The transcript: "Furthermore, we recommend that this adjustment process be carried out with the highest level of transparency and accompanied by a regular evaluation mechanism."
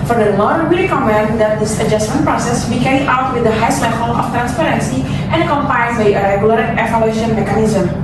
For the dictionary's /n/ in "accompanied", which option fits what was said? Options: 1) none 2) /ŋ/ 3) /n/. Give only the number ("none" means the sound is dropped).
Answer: 1